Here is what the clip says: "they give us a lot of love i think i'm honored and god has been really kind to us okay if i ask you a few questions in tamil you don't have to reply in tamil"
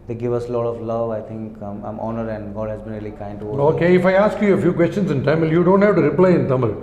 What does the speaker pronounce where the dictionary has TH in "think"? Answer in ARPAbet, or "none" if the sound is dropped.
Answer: T